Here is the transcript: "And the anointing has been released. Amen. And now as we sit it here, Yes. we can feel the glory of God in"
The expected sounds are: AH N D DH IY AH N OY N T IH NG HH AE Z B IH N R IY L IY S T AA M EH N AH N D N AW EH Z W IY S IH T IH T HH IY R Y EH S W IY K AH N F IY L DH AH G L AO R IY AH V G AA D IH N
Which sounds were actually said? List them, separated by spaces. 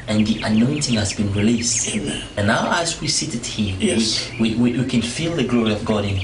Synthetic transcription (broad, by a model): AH N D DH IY AH N OY N T IH NG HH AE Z B IH N R IY L IY S T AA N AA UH AH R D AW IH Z W IY S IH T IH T HH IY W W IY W W IY K AH N F IY L DH AH G L AO R IY AH V G AA D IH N